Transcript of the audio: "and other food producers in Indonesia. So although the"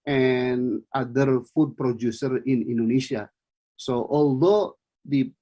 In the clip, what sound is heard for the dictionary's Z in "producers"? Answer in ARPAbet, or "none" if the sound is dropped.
none